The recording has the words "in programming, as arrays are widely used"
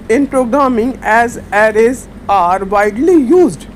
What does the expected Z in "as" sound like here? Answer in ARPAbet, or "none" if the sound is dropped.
Z